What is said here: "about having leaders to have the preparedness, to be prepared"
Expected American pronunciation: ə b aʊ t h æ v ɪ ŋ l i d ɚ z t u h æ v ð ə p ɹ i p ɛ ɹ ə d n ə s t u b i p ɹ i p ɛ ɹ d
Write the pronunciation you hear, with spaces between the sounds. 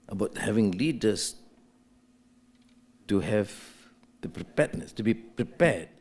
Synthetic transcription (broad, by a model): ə b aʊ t h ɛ v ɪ ŋ l i d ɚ s t u h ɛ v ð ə p ɹ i p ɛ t n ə s t u b i p ɹ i p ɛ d